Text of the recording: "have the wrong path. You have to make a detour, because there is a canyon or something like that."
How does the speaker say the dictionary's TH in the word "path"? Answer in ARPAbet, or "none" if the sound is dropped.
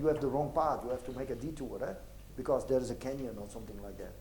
T